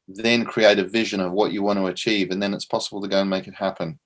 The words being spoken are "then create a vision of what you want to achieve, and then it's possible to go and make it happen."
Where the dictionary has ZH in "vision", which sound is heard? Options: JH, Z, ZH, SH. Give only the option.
ZH